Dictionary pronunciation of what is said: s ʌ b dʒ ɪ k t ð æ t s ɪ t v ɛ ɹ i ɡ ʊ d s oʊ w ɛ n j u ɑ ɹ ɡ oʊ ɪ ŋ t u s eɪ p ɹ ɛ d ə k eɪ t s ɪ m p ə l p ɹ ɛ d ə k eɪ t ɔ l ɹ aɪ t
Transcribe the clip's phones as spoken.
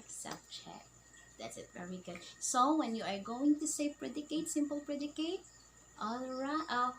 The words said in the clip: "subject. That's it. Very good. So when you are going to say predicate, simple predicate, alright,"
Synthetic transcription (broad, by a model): s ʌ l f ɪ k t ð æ t s ɪ t v ɛ ɹ i ɡ ʊ d s oʊ w ɛ n j u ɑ ɹ ɡ oʊ ɪ ŋ t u s eɪ p ɹ ɛ d ə k eɪ t s ɪ m p ə l p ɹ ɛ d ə k eɪ t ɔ l ɹ aɪ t